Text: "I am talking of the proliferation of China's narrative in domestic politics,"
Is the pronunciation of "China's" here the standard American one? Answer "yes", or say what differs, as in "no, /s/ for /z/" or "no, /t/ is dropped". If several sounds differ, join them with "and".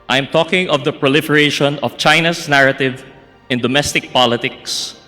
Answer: no, /s/ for /z/